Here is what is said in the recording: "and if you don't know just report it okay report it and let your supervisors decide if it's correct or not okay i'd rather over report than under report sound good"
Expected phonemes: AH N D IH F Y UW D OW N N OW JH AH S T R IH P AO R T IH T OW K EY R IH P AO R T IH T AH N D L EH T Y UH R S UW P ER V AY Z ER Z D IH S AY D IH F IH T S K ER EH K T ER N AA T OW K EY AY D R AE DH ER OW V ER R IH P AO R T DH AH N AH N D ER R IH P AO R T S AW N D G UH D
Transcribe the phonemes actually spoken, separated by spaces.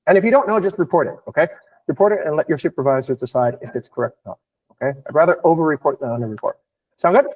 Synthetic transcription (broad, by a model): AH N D IH F Y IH D OW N N OW JH AH S T R IH P AO R T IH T OW K EY R IH P AO R T IH T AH N L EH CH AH R SH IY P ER V AY Z ER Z D IH S AY D IH F IH T S K ER EH K T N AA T OW K EY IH R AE DH ER OW V ER R IH P AO R T DH AH N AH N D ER R IH P AO R T S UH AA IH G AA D